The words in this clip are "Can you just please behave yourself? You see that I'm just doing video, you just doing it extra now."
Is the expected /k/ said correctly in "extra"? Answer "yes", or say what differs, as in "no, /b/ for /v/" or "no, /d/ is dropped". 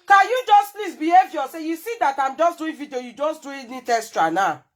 no, /k/ is dropped